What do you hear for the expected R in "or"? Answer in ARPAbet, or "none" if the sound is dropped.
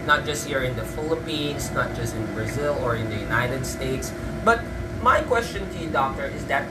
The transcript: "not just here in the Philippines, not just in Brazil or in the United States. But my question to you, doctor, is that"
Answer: R